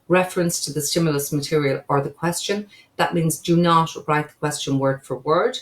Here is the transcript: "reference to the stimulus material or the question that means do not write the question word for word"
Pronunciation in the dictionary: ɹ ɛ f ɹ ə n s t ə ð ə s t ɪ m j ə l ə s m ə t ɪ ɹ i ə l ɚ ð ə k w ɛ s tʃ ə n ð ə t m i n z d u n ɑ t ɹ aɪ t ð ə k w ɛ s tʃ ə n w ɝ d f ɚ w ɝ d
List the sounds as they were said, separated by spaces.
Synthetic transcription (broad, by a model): ɹ ɛ f ɹ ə n s t ə ð ə s t ɪ m j ə l ə s m ə t ɪ ɹ i ə l ɚ ð ə k w ɛ s tʃ ə n ð ə t m i n z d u n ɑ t ɹ aɪ t ð ə k w ɛ s tʃ ə n w ɝ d f ɚ w ɝ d